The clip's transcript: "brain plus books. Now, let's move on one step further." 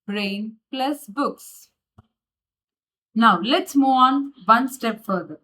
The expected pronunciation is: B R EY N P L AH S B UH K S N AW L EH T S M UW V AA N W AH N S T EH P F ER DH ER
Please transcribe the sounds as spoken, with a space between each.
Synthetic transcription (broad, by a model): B R EY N P L AH S B UH K S N AW L EH T S M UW AA N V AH N S T EH P F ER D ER